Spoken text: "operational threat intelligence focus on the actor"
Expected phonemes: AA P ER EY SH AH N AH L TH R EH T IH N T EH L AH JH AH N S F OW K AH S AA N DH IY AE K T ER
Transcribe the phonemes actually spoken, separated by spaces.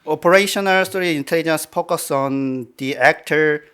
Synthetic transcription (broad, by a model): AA P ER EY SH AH N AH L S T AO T IH N T EH L AH JH AH N S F OW K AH S AA N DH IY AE K T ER